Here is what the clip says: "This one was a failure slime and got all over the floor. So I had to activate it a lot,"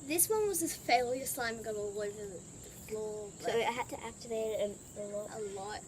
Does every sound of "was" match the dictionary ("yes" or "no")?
yes